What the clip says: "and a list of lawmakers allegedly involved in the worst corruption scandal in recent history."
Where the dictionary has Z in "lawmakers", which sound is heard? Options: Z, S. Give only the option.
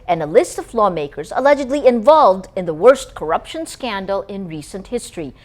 Z